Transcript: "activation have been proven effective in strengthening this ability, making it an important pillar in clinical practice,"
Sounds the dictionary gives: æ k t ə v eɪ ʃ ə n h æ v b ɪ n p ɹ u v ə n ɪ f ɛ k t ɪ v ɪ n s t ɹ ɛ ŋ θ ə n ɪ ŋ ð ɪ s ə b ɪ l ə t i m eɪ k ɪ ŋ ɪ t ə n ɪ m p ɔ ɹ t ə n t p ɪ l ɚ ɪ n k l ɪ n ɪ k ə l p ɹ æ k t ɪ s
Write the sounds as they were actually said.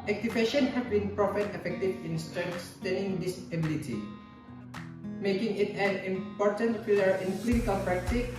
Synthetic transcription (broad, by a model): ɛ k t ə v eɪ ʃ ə n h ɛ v b ɪ n p ɹ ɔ f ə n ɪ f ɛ k t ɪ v ɪ n s t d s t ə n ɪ ŋ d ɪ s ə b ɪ l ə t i m eɪ k ɪ ŋ ɪ t ə n ɪ m p ɔ ɹ t ə n t f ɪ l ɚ ɪ n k l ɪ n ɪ k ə l p ɹ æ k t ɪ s